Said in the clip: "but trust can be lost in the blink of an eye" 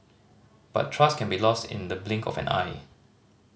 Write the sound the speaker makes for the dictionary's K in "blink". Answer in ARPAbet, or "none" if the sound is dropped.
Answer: K